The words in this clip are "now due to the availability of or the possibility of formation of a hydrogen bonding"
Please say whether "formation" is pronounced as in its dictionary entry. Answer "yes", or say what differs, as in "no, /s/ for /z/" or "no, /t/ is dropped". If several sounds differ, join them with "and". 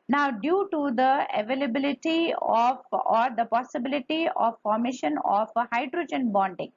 yes